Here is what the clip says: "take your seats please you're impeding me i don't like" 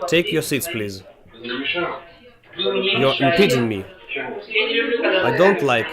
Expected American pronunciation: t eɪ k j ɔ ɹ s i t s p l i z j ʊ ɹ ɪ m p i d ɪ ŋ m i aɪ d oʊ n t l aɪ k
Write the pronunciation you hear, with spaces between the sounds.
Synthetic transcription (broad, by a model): t eɪ k j ɔ ɹ s i t s p l i z j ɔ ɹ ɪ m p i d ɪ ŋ m i aɪ d oʊ n t l aɪ k